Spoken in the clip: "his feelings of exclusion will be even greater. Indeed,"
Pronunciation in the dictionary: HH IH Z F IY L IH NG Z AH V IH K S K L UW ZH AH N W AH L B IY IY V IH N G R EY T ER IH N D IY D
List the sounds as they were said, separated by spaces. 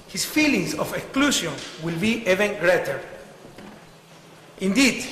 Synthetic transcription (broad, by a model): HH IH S F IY L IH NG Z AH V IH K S K L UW SH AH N W AH L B IY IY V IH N G R EY T ER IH N D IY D